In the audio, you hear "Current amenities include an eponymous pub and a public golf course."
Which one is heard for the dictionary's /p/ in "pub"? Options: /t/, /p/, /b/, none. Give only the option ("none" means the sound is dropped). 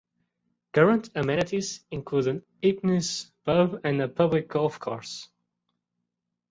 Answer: /b/